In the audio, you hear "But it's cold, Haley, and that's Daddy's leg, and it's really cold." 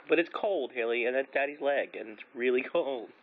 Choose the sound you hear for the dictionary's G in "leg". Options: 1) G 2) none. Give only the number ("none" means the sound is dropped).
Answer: 1